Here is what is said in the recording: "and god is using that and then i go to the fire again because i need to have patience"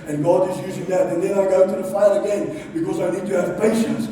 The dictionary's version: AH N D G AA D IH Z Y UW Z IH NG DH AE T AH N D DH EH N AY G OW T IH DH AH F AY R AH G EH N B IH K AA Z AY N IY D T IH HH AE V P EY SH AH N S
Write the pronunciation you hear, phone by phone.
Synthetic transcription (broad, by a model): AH N G AA D IH Z Y UW Z IH NG DH AE T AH N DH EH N AY G OW T IH DH AH F AY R AH G EH N B IH K AA Z AY N IY D T IH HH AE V P EY SH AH N S